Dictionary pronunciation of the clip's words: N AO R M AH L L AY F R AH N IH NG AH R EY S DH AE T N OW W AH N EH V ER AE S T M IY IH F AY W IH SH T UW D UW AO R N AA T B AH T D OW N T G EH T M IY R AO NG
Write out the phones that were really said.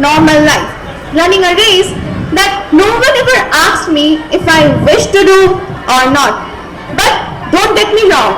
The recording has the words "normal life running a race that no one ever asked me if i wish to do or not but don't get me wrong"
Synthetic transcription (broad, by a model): N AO R M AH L L AY F L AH N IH NG AH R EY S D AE T N OW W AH N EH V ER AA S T M IY IH F AY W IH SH T UW D UW AO R N AA T B AH T D OW N T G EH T M IY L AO